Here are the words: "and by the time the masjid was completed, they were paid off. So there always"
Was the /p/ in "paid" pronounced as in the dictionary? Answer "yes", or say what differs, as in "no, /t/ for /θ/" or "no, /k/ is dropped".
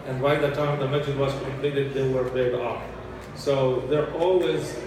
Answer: no, /b/ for /p/